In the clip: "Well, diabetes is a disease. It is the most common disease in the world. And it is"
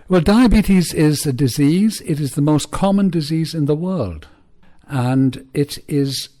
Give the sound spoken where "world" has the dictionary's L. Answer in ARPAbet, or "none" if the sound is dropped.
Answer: L